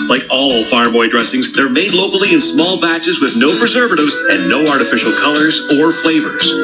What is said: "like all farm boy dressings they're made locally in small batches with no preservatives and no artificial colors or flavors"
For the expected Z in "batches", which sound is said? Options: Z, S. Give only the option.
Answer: Z